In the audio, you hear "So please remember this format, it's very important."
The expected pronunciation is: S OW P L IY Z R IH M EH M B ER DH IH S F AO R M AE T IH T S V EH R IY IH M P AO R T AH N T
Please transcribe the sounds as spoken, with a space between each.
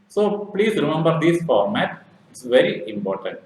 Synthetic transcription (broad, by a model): S OW P L IY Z R IH M EH M B ER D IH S F AO R M AE T IH T S V EH R IY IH M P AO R T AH N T